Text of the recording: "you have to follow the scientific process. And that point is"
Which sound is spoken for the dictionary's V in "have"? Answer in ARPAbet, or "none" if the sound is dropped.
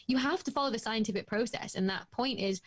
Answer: F